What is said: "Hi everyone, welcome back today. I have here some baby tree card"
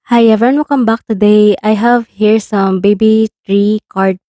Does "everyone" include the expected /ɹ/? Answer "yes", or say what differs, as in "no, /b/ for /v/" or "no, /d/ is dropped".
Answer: no, /ɹ/ is dropped